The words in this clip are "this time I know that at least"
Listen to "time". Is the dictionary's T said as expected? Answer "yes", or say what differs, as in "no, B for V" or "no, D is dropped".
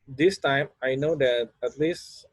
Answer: yes